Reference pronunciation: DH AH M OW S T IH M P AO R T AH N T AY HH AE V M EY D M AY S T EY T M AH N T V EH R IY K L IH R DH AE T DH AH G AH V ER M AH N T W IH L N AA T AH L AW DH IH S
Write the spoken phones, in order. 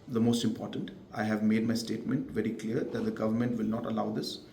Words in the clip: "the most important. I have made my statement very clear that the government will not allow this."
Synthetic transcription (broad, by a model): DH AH M OW S T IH M P AO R T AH N T AY HH AE V M EY D M AY S T EY T M AH N T V EH R IY K L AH R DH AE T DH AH G AH V ER M AH N T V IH L N AA T AH L AW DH IH S